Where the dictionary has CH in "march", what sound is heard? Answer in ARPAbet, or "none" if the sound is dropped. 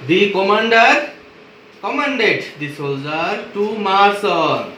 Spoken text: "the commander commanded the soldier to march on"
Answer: S